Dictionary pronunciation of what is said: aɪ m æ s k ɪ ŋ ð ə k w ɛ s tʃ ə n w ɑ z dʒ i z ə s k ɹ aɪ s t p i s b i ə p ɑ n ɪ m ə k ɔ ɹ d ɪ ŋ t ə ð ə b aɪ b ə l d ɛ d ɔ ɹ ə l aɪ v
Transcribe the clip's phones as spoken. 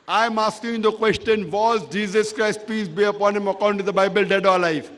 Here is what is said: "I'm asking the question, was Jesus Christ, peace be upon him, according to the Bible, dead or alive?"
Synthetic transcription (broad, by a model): aɪ m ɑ s k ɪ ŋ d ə k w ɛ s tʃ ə n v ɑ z dʒ i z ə s k ɹ aɪ s t p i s b i ə p ɑ n ɪ m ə k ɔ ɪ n t ə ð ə b aɪ b ə l d ɛ d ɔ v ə l aɪ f